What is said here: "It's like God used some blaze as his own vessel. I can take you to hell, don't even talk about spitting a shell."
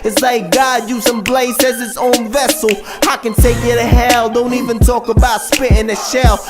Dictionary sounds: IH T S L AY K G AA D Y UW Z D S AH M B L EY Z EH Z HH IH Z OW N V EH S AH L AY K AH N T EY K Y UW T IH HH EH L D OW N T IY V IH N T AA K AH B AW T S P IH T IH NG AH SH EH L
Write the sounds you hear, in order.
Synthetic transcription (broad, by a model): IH T S L AY K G AA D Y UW S AH M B L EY S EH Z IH S OW N V EH S L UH K AH N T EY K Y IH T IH HH EH L D OW N T IY V IH N T AA K AH B AW T S P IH T IH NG AH SH EH L